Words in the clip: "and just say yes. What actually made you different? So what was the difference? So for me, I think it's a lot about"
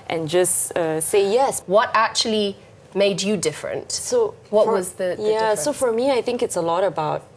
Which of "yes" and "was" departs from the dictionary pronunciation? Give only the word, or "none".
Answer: none